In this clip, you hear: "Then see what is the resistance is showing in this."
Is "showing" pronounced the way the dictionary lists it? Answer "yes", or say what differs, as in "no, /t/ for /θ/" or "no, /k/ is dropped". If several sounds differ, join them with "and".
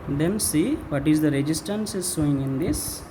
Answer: no, /s/ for /ʃ/